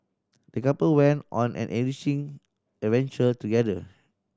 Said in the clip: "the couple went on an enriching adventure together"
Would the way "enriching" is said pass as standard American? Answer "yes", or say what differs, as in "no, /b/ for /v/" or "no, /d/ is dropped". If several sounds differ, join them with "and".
no, /n/ is dropped